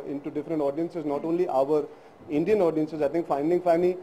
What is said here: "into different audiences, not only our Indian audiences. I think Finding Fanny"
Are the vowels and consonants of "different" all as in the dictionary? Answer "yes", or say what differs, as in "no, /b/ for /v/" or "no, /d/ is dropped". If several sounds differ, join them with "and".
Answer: yes